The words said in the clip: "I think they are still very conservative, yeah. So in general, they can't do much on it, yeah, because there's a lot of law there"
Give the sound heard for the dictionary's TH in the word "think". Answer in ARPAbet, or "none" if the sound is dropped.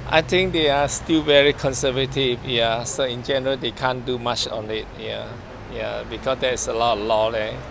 T